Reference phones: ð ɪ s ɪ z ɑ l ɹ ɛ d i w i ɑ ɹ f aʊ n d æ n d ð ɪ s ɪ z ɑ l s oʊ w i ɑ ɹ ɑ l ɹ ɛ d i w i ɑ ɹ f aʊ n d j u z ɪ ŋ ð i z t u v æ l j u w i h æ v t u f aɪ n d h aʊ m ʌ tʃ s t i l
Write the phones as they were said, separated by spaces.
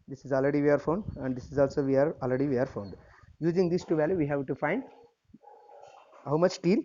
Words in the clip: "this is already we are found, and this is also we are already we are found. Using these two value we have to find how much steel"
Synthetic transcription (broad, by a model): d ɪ s ɪ z ɑ l ɹ ɛ d i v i ɑ ɹ f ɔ n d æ n d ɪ s ɪ z ɑ l s oʊ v i ɑ ɹ ɑ l ɹ ɛ d i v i ɑ ɹ f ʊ n d j u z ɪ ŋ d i s t u v æ l j u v i h æ v t u f aɪ n d h aʊ m ʌ tʃ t i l